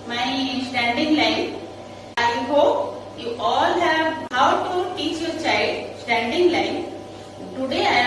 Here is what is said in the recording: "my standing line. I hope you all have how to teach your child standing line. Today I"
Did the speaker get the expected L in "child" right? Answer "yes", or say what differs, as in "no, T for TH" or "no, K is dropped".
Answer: no, L is dropped